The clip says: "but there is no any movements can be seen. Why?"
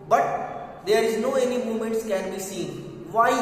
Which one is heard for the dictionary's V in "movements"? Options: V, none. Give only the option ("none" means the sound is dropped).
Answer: none